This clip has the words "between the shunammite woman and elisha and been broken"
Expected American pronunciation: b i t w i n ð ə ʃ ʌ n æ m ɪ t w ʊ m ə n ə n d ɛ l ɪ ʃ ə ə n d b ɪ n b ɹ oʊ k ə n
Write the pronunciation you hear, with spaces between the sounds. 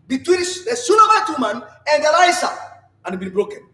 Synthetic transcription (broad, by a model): b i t w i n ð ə s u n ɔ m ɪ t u m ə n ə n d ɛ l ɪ s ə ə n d b ɪ n b ɹ oʊ k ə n